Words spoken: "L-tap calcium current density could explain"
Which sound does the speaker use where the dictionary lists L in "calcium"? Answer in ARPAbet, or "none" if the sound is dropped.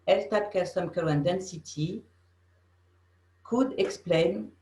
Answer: none